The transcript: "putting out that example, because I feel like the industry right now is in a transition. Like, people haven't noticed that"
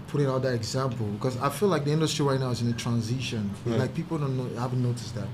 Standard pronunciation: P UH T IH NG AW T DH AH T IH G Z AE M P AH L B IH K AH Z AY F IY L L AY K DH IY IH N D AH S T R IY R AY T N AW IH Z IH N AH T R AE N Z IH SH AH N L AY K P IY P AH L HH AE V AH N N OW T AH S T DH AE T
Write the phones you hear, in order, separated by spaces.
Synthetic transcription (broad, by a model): P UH T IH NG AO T DH AH T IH G Z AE M P L B IH K AH Z AY F IY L L AY K DH IY IH N D AH S T R IY R AY T N AW IH Z IH N AH T R AE N Z IH SH AH N L AY K P IY P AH N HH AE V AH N N OW T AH S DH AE T